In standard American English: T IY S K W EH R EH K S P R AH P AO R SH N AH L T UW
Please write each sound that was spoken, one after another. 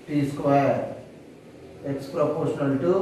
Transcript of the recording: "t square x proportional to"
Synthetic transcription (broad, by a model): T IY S K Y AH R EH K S P R AH P AO R SH N AH L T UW